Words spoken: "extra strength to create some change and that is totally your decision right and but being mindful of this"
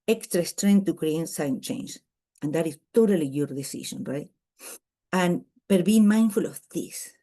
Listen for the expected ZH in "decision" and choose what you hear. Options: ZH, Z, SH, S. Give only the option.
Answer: SH